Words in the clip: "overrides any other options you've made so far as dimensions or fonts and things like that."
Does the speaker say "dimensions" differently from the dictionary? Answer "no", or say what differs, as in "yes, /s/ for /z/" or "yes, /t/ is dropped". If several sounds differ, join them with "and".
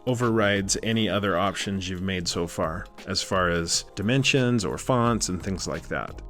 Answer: no